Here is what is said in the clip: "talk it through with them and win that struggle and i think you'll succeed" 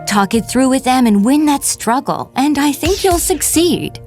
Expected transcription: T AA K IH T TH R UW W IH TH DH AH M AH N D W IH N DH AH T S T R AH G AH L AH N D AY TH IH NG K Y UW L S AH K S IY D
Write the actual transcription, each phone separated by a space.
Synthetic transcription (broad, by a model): T AA K IH T TH R UW W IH DH AH M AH N W IH N DH AH T S T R AH G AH L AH N AY TH IH NG K Y UW L S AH K S IY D